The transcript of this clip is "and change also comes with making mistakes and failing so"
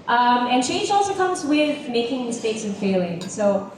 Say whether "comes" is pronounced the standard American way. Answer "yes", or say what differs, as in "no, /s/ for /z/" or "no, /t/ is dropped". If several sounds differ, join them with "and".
yes